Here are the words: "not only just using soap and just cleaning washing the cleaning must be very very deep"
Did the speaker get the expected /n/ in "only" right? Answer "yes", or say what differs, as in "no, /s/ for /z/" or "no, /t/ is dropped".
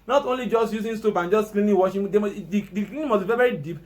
yes